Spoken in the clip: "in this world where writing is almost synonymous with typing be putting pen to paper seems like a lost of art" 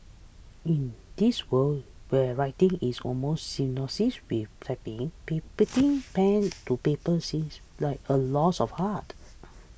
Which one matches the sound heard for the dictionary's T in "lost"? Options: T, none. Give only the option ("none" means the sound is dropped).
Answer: none